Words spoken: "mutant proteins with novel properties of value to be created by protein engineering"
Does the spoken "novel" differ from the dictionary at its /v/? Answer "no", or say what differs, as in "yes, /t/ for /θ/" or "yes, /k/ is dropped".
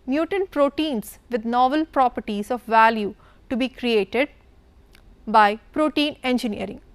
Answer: no